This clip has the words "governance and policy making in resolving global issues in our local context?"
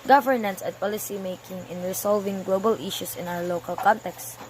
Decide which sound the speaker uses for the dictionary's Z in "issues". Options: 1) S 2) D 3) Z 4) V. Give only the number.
1